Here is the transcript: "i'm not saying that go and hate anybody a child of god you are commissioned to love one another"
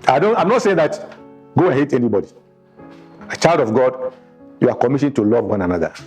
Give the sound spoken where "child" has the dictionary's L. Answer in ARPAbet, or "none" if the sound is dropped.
L